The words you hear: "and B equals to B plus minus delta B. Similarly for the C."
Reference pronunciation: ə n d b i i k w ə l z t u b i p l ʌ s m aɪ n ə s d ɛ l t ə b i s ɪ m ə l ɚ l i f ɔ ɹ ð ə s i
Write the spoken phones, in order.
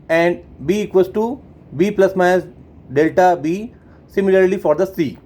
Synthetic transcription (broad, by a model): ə n d b i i k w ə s t u b i p l ʌ s m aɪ ə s d ɛ l t ə b i s ɪ m ə l ɚ l i f ɔ ɹ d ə s i